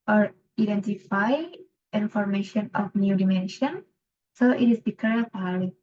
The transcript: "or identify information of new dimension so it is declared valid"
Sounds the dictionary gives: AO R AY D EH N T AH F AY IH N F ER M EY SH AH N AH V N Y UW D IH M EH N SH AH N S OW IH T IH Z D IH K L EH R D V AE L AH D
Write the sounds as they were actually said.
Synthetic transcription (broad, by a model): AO R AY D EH N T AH F AY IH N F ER M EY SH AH N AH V N Y UW D IH M EH N SH AH N S OW IH T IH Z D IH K EH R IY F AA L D